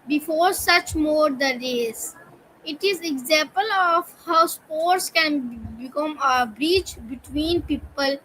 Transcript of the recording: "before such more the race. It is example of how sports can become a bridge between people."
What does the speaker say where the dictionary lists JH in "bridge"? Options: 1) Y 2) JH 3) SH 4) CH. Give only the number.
4